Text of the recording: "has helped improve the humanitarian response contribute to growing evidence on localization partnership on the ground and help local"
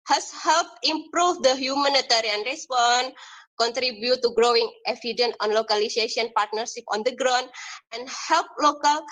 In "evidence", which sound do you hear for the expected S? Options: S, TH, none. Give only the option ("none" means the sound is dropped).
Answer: none